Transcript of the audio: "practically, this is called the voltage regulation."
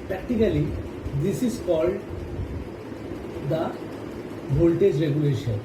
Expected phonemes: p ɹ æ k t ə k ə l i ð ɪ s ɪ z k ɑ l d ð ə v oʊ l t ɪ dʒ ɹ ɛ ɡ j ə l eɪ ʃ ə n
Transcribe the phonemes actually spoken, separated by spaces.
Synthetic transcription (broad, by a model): p ɹ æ k t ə k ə l i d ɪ s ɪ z k ɑ l d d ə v oʊ l t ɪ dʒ ɹ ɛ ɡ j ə l eɪ ʃ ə n